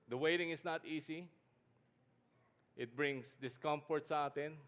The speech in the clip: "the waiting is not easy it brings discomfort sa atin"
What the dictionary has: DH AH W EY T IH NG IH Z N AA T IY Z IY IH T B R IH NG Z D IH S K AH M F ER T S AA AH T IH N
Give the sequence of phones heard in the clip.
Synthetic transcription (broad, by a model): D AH W EY T IH NG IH S N AA T IY S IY IH T B R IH NG S D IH S K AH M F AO T S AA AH T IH N